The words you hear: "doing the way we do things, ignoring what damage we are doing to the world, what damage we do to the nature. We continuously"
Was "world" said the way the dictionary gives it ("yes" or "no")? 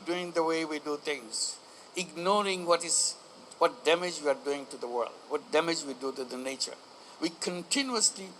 yes